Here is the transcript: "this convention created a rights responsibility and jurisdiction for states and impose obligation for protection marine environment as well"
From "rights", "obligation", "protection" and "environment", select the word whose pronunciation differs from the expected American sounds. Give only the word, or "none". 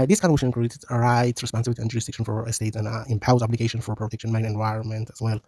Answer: none